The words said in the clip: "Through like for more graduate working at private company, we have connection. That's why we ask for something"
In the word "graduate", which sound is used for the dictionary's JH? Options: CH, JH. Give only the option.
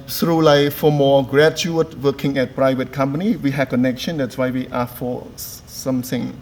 CH